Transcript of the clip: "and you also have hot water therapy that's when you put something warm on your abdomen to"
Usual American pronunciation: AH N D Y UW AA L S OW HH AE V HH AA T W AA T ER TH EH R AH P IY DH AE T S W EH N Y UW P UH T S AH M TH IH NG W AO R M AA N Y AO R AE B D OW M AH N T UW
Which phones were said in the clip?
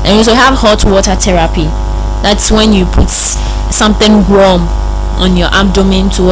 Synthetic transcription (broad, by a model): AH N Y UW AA S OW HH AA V HH AA T W AA T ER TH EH R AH P IY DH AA T S W EH N Y UW P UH T S AH M TH IH NG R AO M AA N Y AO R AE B D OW M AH N T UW